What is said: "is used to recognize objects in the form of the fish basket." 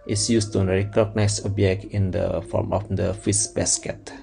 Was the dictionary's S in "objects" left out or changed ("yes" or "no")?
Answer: yes